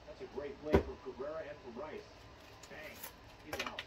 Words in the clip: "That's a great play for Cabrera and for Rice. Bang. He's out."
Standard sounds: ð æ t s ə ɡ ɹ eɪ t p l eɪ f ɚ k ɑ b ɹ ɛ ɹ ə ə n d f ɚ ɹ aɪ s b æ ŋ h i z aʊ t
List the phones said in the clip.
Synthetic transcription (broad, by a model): ð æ t s ə ɡ ɹ eɪ t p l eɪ f ɚ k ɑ ɹ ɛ ɹ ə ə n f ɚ ɹ aɪ s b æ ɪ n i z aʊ